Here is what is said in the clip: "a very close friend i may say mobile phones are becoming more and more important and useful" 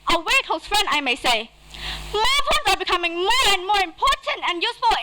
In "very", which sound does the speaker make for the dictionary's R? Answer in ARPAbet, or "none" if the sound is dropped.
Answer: W